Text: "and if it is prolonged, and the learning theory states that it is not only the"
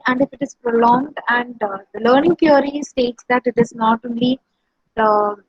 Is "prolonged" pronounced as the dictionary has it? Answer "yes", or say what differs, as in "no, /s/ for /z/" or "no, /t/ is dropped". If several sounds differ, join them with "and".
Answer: yes